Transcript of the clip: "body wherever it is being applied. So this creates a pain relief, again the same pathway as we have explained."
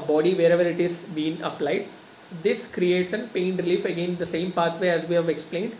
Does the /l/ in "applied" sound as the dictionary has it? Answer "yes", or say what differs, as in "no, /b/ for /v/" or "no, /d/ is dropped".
yes